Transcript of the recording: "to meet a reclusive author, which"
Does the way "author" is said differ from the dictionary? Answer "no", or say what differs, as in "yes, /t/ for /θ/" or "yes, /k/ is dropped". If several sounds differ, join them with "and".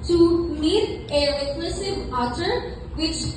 yes, /t/ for /θ/